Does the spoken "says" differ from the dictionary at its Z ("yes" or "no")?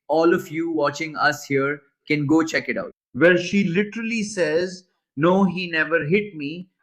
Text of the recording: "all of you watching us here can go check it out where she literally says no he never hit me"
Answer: no